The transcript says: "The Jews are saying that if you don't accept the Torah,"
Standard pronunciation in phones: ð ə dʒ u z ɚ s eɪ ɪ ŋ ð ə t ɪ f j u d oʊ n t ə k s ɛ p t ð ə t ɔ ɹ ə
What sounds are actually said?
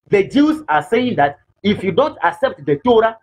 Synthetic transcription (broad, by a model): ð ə dʒ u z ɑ s eɪ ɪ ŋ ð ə t ɪ f j u d oʊ n t ə k s ɛ p t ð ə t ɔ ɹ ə